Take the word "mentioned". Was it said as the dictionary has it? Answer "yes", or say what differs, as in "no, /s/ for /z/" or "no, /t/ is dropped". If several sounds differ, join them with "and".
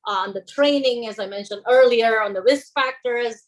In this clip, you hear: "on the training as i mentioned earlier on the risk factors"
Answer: yes